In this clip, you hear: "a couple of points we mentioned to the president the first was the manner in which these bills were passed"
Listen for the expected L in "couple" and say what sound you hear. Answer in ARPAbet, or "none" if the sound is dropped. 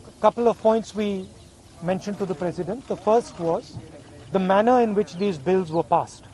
L